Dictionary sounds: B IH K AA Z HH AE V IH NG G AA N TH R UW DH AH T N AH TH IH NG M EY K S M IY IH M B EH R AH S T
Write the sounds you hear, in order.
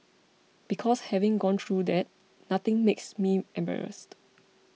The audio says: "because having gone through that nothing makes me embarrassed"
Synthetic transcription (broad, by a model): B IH K AA S HH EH V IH NG G AA N T R UW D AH T N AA T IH NG M EY K S M IY IH M B EH R AH S T